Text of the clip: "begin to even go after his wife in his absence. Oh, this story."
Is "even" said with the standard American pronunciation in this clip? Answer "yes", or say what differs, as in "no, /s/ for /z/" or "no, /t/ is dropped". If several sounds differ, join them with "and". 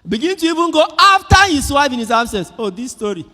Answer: no, /b/ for /v/